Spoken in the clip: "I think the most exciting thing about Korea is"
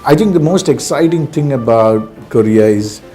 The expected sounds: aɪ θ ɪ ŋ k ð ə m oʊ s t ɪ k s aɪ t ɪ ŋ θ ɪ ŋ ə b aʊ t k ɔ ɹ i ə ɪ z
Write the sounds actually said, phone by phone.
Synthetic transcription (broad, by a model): aɪ t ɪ ŋ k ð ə m oʊ s t ɪ k s aɪ t ɪ ŋ t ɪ ŋ ə b aʊ t k ɔ ɹ i ə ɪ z